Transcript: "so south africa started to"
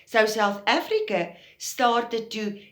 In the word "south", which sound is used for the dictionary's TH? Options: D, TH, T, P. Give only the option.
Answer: TH